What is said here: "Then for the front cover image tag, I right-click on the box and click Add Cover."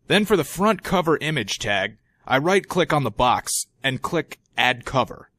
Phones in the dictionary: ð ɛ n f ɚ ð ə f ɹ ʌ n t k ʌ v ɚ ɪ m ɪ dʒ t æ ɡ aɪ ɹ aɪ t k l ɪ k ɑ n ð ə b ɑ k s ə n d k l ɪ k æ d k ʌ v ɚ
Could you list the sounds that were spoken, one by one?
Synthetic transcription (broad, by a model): ð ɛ n f ɚ ð ə f ɹ ʌ n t k ʌ v ɚ ɪ m ɪ dʒ t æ ɡ aɪ ɹ aɪ t k l ɪ k n ð ə b ɑ k s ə n k l ɪ k æ d k ʌ v ɚ